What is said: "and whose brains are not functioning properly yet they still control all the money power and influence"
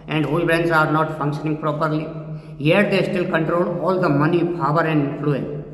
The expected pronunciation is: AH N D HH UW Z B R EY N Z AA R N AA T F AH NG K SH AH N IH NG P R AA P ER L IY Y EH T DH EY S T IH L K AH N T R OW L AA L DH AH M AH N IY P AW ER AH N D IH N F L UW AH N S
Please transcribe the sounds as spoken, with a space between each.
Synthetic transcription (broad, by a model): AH N D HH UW B R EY N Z AA R N AA T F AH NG K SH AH N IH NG P R AA P ER L IY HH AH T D EY S T IH L K AH N T R OW L AA L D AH M AH N IY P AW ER AH N D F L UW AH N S